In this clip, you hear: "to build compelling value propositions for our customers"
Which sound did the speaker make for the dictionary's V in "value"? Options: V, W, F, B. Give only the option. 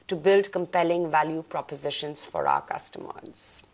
V